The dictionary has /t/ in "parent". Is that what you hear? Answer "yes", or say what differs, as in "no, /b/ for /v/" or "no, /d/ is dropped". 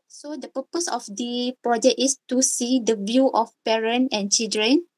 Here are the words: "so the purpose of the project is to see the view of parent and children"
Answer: no, /t/ is dropped